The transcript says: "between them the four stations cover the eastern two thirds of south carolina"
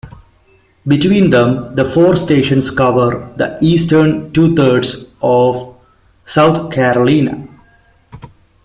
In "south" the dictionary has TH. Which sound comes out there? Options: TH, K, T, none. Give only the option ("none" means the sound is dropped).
T